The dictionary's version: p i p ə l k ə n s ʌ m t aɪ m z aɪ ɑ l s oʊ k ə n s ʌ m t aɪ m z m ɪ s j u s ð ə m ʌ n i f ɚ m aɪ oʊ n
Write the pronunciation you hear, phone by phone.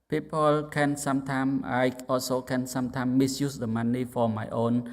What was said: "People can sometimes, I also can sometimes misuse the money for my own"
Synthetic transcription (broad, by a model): p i p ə l k ə n s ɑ m t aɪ m aɪ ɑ s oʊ k ə n s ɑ m t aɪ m m ɪ s j u s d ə m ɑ n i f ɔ m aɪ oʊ n